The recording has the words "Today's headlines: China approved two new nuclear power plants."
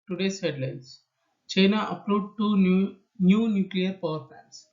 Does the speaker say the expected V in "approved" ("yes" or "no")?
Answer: no